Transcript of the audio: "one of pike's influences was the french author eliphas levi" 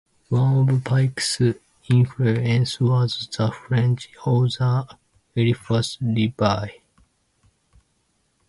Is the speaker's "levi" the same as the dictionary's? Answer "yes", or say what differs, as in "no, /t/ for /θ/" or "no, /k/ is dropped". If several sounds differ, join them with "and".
no, /b/ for /v/